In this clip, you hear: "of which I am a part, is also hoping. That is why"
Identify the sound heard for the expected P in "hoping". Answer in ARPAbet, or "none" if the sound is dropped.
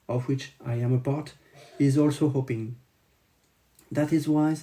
P